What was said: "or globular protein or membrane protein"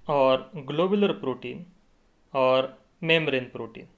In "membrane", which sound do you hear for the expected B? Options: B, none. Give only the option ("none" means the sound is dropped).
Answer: none